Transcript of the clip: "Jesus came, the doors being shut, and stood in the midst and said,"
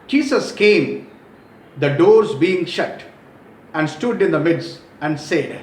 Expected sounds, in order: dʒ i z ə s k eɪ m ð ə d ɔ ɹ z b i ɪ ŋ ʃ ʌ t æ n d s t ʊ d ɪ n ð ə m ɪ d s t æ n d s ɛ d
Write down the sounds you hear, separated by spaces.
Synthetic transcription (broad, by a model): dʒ i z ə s k eɪ m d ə d ɔ ɹ z b i ɪ ŋ ʃ ʌ t æ n d s t ʊ d ɪ n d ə m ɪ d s æ n d s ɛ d